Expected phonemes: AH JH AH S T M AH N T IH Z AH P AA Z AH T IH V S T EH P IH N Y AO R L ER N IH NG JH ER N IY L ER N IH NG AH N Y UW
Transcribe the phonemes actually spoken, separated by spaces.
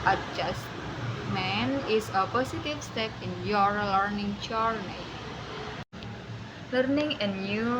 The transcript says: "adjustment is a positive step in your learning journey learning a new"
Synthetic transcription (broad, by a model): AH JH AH S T M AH N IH S AH P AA S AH T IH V S T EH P IH N Y AO R L ER N IH NG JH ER N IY L ER N IH NG AH N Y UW